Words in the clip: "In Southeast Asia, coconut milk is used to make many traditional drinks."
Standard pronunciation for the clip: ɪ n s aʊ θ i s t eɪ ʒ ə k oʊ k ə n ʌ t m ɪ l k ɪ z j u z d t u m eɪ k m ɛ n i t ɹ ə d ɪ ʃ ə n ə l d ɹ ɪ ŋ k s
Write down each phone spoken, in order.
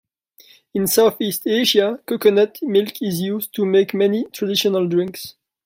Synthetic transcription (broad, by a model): ɪ n s aʊ θ i s t eɪ ʒ ə k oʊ k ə n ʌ t m ɪ l k ɪ z j u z t u m eɪ k m ɛ n i t ɹ ə d ɪ ʃ ə n ə l d ɹ ɪ ŋ k s